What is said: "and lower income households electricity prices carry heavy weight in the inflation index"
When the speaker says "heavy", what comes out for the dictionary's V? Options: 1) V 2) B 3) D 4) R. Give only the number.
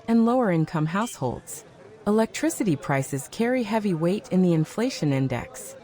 1